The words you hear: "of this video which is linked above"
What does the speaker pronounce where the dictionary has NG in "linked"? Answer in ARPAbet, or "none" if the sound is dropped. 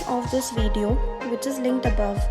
NG